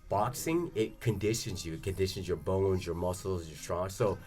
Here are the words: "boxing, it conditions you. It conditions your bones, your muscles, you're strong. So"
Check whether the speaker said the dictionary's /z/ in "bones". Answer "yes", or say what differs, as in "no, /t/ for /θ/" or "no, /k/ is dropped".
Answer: yes